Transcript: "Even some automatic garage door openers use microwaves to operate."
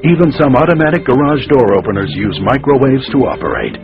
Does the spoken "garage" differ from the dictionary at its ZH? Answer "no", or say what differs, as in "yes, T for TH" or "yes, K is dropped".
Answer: no